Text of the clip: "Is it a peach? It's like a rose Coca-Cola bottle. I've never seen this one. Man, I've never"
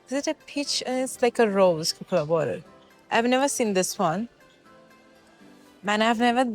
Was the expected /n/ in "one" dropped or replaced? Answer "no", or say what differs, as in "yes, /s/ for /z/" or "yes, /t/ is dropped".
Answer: no